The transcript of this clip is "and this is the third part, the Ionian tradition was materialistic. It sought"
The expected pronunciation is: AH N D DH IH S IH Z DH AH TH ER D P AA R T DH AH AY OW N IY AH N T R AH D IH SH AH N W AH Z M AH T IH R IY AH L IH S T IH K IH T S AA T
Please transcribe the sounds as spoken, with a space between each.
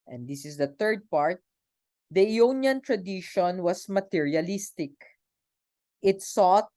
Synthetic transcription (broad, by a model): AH N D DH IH S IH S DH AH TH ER D P AA R T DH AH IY OW N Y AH N T R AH D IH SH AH N W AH S M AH T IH R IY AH L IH S T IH K IH T S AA T